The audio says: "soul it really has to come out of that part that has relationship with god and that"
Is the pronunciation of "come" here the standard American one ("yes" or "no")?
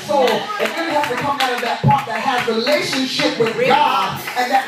yes